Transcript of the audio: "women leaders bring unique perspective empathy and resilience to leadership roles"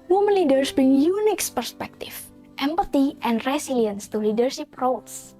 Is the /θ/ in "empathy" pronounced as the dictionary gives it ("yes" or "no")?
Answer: no